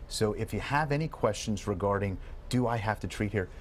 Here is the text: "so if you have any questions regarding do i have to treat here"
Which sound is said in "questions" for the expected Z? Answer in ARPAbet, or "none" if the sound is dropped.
Z